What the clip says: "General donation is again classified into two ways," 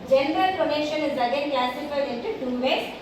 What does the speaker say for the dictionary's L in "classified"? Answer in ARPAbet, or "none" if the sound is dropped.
none